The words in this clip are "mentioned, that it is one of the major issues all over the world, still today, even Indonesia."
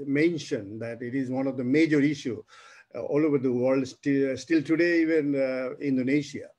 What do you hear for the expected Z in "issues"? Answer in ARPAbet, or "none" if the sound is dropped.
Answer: none